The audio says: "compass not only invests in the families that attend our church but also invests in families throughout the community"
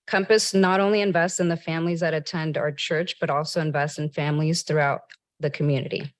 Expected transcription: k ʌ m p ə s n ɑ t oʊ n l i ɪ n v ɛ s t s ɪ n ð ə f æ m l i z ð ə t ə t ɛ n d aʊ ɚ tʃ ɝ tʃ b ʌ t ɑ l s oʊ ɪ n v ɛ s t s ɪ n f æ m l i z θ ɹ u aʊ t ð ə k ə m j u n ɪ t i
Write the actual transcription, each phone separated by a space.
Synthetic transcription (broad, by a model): k ʌ m p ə s n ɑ t oʊ n l i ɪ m v ɛ s t s ɪ n ð ə f æ m l i z ð ə t ə t ɛ n d aʊ ɚ tʃ ɝ tʃ b ʌ t ɑ l s oʊ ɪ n v ɛ s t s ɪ n f æ m l i z θ ɹ u aʊ t ð ə k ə m j u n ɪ t i